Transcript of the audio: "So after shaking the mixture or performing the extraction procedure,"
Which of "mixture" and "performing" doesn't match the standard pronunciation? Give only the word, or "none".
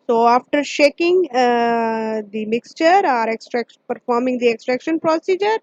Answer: none